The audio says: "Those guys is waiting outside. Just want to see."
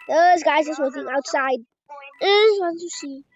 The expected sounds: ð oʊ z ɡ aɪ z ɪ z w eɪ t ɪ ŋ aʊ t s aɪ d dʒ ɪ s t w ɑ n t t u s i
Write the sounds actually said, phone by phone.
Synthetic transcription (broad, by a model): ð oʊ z ɡ aɪ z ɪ s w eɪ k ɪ ŋ aʊ t s aɪ d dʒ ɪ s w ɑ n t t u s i